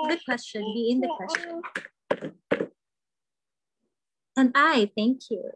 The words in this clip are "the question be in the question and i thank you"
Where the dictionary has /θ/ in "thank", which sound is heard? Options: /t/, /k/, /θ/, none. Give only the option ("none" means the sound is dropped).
/θ/